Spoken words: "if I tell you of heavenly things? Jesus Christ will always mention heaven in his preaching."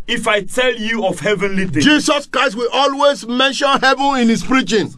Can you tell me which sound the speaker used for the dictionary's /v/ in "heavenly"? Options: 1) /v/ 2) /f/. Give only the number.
1